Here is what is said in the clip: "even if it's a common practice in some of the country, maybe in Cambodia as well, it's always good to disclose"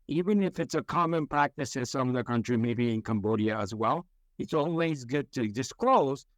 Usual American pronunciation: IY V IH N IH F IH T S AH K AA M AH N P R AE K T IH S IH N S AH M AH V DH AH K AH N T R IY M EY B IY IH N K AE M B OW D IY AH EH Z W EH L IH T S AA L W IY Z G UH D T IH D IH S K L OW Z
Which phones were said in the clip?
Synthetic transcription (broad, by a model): IY V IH N IH F IH T S AH K AA M AH N P R AE K T IH S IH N S AH M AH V DH AH K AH N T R IY M EY B IY IH N K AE M B OW D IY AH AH Z W EH L IH T S AA L W IY Z G UH D T IH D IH S K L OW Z